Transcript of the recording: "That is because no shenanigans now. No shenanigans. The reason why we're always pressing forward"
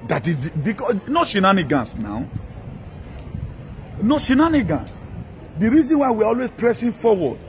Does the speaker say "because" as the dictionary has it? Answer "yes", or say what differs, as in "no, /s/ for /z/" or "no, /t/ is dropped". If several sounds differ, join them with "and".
no, /z/ is dropped